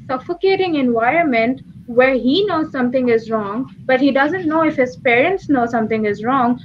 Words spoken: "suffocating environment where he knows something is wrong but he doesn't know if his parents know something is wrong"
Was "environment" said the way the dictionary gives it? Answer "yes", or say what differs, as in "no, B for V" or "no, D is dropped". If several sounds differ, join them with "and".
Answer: yes